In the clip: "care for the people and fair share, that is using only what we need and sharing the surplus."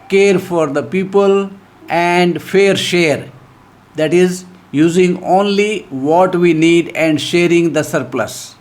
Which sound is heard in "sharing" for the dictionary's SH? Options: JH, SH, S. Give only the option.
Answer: SH